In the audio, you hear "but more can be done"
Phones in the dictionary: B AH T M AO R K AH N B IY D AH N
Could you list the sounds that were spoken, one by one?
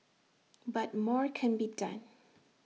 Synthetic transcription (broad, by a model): B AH T M AO R K AH N B IY D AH N